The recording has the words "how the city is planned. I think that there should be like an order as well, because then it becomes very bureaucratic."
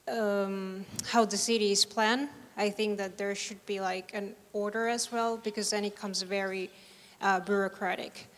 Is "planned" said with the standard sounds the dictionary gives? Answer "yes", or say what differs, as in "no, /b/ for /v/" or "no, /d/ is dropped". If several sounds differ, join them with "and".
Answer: no, /d/ is dropped